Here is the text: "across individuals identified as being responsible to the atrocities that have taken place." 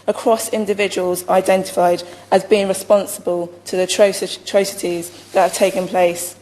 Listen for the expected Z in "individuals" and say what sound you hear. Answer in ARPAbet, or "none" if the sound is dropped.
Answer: Z